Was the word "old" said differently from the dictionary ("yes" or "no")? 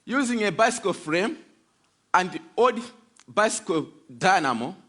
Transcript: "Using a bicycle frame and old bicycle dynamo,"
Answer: yes